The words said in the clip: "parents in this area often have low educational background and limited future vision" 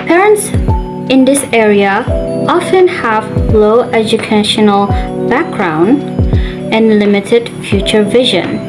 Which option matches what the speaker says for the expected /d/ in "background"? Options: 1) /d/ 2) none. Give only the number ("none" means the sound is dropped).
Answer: 1